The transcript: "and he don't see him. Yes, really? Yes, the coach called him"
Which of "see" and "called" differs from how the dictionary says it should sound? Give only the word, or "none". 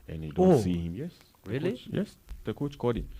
called